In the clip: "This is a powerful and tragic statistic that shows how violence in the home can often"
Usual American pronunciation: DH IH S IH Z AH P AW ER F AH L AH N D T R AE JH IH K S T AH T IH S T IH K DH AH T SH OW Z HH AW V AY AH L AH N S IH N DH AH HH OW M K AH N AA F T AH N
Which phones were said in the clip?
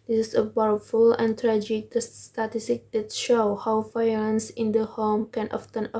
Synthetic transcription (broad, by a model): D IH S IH S AH B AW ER F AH L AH N T R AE JH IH K S T AH T IH S T IH K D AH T SH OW HH AW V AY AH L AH N S IH N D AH HH OW M K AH N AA F T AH N